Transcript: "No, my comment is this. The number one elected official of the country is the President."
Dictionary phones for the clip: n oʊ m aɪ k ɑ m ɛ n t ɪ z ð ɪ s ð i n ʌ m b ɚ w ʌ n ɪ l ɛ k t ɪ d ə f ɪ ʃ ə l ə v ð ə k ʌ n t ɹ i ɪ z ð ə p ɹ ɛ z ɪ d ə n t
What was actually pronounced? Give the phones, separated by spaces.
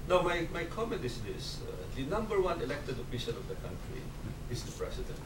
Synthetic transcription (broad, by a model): n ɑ m aɪ k ɑ m ɛ n t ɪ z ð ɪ s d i n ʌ m b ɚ w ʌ n ɪ l ɛ k t ɪ d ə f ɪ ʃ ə n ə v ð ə k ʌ n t ɹ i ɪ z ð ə p ɹ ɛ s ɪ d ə n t